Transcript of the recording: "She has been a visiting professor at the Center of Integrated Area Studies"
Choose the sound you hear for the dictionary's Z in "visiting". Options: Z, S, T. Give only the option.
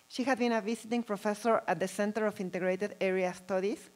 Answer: S